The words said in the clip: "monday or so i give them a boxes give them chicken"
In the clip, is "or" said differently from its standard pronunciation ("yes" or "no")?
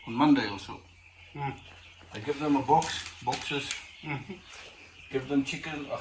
yes